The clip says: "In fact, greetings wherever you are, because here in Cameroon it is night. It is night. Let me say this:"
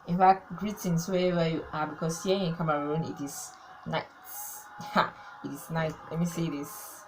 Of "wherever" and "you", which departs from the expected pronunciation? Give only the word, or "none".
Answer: wherever